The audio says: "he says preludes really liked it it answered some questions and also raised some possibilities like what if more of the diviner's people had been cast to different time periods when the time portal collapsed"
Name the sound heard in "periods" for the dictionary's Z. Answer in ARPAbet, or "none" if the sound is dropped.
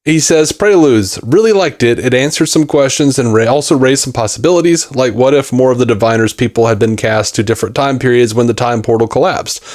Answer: Z